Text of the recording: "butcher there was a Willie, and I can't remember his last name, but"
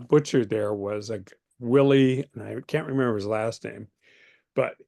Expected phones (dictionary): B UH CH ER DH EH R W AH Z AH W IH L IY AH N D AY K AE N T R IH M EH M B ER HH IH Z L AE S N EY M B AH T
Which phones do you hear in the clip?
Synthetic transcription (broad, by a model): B UH CH ER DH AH R W AH Z AH W IH L IY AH N AY K AE N T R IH M EH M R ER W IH Z L AE S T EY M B AH T